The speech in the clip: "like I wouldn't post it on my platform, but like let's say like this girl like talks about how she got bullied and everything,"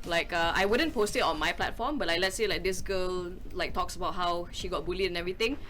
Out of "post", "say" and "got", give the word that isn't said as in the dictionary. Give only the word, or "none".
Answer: none